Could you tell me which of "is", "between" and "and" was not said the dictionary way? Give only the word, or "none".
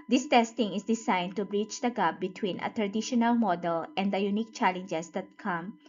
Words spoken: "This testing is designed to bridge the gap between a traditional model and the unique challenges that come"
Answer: is